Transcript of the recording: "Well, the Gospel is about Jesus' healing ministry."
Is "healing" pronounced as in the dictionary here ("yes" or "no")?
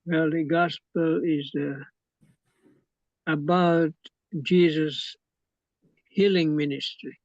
yes